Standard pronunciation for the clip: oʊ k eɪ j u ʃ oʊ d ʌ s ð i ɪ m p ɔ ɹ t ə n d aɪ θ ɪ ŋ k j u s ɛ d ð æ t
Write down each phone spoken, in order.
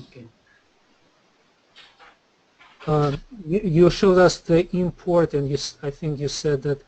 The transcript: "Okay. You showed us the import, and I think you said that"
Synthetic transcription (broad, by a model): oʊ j j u ʃ oʊ d ʌ s ð i ɪ m p ɔ ɹ t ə n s aɪ θ ɪ ŋ k j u s ɛ d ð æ t